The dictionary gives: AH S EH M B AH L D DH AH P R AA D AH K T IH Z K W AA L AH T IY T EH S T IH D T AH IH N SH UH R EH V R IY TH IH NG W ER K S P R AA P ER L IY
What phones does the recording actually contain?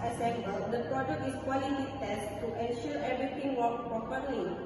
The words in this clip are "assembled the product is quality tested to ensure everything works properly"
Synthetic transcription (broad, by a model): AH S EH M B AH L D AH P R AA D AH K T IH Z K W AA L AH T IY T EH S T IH T AH N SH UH R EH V R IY T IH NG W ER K P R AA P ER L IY